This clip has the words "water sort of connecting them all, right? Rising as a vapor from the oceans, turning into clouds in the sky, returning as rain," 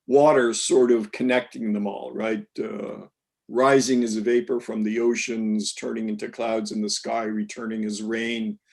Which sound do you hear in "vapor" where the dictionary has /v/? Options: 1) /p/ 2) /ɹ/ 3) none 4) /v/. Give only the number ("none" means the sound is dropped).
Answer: 4